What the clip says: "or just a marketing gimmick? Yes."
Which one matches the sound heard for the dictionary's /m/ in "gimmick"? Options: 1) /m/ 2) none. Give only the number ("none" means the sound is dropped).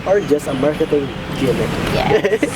2